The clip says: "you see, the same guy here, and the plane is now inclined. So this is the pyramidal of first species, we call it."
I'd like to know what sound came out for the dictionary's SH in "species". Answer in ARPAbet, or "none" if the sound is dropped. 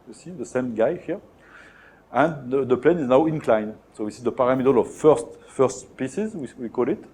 S